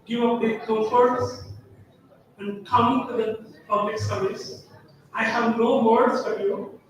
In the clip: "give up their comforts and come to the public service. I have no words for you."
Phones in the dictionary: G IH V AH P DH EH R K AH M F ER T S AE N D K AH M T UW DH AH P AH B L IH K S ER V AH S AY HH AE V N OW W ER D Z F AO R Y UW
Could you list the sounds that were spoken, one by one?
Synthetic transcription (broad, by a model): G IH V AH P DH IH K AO F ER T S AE N D K AH M T UW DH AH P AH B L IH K S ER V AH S AY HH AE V N OW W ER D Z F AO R Y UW